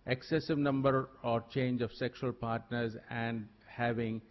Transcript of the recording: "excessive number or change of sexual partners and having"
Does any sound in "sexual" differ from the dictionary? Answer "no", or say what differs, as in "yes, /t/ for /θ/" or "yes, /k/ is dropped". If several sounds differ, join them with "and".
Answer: no